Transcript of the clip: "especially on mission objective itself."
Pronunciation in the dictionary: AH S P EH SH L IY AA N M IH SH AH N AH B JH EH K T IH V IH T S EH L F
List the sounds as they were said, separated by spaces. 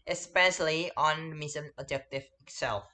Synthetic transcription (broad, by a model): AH S P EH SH L IY AA N M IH S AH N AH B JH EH K T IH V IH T S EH L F